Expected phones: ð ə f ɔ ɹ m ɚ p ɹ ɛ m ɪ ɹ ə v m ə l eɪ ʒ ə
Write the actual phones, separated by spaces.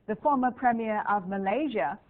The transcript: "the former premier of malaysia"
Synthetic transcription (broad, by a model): ð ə f ɔ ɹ m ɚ p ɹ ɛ m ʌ ɹ ə v m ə l eɪ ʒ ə